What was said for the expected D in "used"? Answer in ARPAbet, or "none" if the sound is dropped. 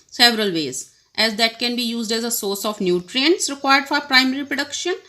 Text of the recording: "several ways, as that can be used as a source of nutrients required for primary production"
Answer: D